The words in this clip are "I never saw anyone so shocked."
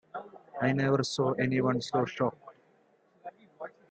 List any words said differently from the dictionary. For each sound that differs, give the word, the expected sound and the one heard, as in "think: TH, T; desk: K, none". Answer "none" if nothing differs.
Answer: none